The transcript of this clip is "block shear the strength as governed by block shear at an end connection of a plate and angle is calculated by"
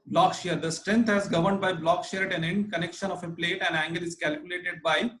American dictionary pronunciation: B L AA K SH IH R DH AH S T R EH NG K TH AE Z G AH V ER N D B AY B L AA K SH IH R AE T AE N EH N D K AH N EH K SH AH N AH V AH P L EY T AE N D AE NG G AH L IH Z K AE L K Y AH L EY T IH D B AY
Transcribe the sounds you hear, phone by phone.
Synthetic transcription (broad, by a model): B L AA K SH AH R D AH S T R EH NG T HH AE Z G AH V ER N D B AY B L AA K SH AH R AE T AE N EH N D K AH N EH K SH AH N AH F AH P L EY T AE N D AE NG G AH L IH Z K AE L K Y AH L EY T IH D B AY